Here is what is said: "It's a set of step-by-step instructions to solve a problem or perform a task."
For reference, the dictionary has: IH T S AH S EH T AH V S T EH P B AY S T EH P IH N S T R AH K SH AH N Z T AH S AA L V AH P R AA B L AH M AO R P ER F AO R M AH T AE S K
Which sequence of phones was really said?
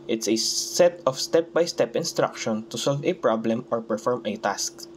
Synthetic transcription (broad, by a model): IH T S AH S EH T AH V S T EH P B AY S T EH P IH N S T R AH K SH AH N T AH S AA L V AH P R AA B L AH M AO R P ER F AO R M AH T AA S K